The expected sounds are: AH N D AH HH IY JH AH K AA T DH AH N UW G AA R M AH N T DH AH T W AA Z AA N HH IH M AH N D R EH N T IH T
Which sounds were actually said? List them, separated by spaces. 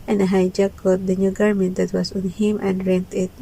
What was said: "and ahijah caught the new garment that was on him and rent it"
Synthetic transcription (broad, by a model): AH N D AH HH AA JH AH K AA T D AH N UW G AA R M AH N T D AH T W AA S AA N HH IH M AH N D R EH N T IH T